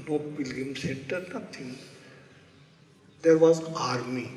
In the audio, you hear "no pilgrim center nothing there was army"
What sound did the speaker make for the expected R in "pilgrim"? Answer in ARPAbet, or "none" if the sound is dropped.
none